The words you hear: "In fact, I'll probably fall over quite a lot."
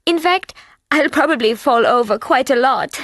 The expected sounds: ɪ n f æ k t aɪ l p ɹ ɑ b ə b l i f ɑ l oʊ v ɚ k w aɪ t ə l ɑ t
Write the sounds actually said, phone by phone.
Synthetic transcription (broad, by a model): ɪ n f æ k t aɪ l p ɹ ɑ b ə b l i f ɑ l oʊ v ɚ k w aɪ t ə l ɑ t